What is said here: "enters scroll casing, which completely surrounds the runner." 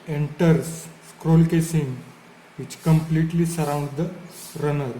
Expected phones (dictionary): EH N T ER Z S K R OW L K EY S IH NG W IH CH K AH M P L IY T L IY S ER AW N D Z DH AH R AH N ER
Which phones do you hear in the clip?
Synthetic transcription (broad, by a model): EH N T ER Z S K R OW L K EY S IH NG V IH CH K AH M P L IY T L IY S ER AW N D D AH R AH N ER